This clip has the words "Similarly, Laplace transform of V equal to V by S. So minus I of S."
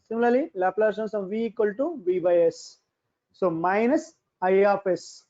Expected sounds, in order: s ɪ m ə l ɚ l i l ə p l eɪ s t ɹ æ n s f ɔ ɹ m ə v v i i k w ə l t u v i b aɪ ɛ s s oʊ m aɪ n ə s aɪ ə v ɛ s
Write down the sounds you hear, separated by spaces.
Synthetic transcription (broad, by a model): s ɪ m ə l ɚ l i l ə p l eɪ t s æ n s ɔ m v v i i k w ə l t u v i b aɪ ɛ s s oʊ m aɪ n ə s aɪ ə f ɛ s